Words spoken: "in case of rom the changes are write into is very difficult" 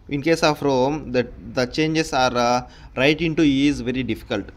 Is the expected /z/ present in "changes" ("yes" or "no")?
no